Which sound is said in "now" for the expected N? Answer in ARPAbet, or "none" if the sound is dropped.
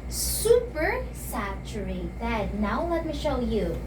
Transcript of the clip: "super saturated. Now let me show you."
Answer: N